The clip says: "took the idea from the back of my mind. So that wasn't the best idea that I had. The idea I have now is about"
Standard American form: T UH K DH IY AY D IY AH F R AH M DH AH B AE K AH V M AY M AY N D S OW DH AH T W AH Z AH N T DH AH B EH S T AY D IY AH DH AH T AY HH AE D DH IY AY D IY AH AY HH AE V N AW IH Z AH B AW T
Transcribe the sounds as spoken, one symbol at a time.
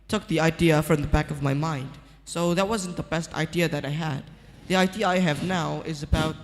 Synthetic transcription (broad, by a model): T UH K DH IY AY D IY AH F R AH M DH AH B AE K AH V M AY M AY N D S OW DH AH T W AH Z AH N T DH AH B EH S T AY D IY AH DH AH T AY HH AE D DH IY AY D IY AH AY HH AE V N AW IH Z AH B AW T